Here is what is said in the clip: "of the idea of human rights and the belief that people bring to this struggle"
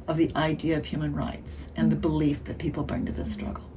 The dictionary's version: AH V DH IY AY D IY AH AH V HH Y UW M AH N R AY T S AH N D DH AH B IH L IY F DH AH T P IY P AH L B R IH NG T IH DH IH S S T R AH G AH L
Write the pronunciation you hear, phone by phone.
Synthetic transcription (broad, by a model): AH V DH IY AY D IY AH AH V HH Y UW M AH N R AY T S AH N DH AH B IH L IY F DH AH T P IY P L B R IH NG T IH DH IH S S T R AH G L